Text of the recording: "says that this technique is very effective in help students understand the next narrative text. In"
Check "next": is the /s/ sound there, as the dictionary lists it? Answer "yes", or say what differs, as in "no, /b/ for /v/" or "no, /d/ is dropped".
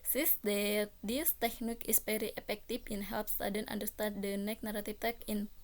no, /s/ is dropped